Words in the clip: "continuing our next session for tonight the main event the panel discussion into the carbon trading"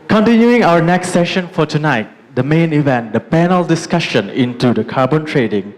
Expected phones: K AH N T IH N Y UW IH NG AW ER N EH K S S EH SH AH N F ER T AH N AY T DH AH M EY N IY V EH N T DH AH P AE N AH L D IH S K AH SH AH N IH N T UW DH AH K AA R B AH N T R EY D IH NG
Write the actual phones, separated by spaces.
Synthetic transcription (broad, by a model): K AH N T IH N Y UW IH NG AW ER N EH K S S EH SH AH N F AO T AH N AY T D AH M EY N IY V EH N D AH P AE N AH L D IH S K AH SH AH N IH N T UW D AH K AA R B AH N T R EY D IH NG